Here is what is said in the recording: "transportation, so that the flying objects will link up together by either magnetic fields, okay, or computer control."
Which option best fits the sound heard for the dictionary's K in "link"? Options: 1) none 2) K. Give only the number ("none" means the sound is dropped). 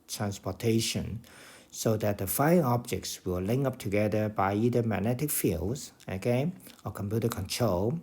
1